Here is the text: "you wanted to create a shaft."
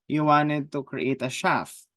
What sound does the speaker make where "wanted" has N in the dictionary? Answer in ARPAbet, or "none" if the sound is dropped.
N